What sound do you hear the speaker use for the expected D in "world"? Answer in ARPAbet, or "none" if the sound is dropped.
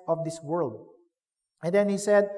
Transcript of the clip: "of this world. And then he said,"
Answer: D